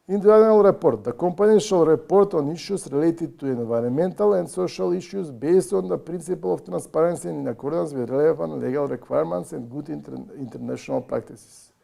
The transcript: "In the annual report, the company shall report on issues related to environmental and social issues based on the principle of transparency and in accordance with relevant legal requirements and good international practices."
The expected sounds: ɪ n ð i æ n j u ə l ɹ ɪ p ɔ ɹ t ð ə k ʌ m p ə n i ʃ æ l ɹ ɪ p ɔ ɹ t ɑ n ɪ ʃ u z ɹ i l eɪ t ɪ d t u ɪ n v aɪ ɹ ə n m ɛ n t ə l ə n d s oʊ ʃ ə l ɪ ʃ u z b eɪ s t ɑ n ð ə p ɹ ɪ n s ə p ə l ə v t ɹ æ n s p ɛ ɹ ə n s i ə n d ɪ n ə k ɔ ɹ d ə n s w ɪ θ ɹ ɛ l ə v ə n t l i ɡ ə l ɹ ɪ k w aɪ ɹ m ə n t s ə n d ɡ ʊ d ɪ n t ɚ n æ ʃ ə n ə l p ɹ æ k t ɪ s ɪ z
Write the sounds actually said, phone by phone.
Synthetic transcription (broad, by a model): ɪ n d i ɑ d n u l ɹ ɪ p ɔ ɹ t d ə k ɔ m p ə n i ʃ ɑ l ɹ ɪ p ɔ ɹ t ɑ n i ʃ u s ɹ i l eɪ t ɪ d t u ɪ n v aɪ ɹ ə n m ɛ n t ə l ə n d s oʊ ʃ ə l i ʃ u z b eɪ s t ɑ n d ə p ɹ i n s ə p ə l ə f t ɹ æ n s p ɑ ɹ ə n s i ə n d ɪ n ə k ɔ ɹ d ə n s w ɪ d ɹ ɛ l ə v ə n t l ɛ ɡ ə l ɹ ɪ k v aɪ ɹ m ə n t s ə n d ɡ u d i n t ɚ n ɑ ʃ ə n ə l p ɹ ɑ k t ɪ s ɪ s